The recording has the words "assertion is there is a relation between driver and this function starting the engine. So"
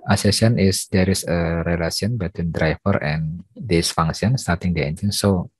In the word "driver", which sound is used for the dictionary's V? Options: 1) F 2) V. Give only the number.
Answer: 1